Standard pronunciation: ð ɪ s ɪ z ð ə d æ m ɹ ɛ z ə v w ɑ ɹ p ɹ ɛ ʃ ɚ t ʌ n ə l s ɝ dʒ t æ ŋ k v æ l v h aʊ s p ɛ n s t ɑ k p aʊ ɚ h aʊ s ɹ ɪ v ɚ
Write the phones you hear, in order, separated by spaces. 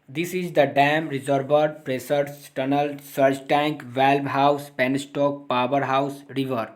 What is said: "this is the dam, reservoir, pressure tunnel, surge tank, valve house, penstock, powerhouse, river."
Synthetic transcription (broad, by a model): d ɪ s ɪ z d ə d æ m ɹ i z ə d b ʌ ɹ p ɹ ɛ s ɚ t ʌ n ə l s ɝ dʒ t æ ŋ k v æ l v h aʊ s p ɛ n s t ɑ k p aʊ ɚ h aʊ s ɹ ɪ v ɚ